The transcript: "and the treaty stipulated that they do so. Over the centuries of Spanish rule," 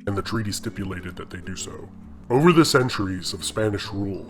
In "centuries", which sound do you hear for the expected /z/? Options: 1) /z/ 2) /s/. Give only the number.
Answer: 1